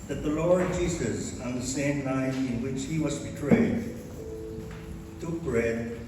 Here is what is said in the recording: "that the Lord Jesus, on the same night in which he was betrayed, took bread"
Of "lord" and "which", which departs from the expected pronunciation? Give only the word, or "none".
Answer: none